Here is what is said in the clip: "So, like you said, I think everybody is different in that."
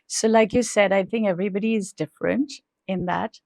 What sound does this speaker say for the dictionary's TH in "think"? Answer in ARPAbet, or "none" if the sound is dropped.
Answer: TH